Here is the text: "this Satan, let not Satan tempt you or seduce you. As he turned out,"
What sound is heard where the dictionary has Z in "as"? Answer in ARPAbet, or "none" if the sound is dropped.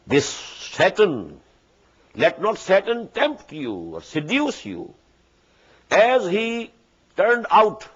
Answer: Z